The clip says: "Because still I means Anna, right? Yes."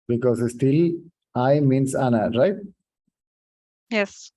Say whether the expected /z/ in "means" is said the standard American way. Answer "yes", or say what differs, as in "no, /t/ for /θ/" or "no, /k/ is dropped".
no, /s/ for /z/